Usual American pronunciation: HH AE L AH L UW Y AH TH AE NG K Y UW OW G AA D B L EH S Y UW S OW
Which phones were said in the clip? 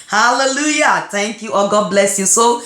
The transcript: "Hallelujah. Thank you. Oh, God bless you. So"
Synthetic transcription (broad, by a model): HH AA L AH L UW Y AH T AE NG K Y UW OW G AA B L EH S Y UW S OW